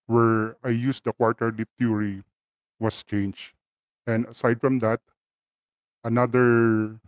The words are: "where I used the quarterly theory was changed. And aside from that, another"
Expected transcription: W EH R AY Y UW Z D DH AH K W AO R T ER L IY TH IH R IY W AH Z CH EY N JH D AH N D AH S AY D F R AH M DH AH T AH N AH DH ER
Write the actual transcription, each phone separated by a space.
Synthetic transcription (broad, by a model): W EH R AY Y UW S D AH K W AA R T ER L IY T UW R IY W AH S CH EY N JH AH N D AH S AY D F R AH M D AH T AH N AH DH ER